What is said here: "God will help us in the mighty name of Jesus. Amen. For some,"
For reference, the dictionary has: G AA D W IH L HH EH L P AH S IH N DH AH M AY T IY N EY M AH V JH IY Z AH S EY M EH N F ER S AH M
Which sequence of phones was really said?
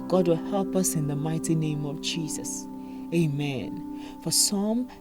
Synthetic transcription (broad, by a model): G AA D W IH L HH EH L P AH S IH N DH AH M AY T IY N EY M AH V JH IY Z AH S EY M EH N F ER S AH M